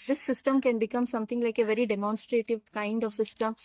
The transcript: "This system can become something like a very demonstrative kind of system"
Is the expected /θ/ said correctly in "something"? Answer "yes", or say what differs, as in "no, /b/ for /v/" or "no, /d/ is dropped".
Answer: no, /t/ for /θ/